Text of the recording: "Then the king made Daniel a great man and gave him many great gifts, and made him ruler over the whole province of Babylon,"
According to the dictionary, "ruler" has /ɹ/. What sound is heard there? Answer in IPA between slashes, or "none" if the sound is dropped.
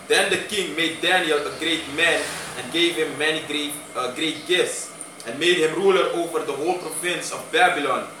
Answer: /ɹ/